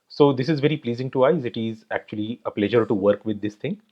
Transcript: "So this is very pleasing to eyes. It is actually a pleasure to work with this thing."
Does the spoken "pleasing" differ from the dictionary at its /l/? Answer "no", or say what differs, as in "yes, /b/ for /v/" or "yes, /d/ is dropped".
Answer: no